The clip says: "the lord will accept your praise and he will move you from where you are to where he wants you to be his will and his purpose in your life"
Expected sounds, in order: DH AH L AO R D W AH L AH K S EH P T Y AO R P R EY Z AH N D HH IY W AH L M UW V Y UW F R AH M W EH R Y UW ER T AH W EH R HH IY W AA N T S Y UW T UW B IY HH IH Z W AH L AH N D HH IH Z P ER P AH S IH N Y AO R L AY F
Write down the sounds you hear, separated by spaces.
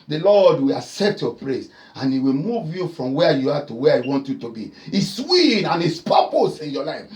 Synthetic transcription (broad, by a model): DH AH L AO D W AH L AH K S EH P T Y AO P R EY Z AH N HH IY W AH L M UW V Y UW F R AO M W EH Y UW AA T AH W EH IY W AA N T Y UW T UW B IY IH S W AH N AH N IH S P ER P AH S IH N Y AO L AY F